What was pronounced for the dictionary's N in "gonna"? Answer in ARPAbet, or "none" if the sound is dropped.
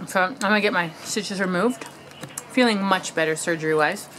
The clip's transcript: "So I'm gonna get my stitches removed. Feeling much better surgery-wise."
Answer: none